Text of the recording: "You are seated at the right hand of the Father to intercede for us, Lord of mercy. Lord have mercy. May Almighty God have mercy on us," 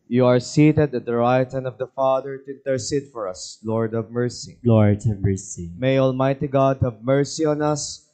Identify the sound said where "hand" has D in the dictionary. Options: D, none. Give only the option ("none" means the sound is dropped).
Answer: none